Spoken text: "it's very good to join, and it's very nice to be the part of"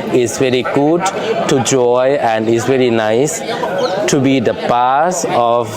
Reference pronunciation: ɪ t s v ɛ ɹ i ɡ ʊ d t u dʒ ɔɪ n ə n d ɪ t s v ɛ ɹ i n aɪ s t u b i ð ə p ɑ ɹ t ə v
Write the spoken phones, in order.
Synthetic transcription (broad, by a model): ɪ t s v ɛ ɹ i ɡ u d t u dʒ ɔɪ ə n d ɪ t s v ɛ ɹ i n aɪ s t u b i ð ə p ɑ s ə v